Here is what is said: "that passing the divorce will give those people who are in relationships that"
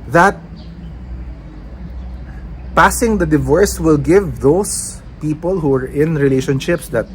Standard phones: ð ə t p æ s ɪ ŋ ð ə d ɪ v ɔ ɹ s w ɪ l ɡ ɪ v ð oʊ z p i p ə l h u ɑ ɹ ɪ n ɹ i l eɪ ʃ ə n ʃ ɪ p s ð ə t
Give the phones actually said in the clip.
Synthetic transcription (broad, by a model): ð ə t p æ s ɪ ŋ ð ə d ɪ v ɔ ɹ s w ɪ l ɡ ɪ v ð oʊ s p i p ə l h u ɑ ɹ ɪ n ɹ i l eɪ ʃ ə n ʃ ɪ p s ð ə t